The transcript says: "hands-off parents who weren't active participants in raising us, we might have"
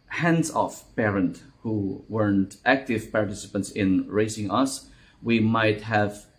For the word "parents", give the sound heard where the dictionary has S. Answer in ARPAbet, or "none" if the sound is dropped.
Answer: none